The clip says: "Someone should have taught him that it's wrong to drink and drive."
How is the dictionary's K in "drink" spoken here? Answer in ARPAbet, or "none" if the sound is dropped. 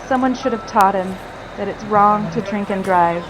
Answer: K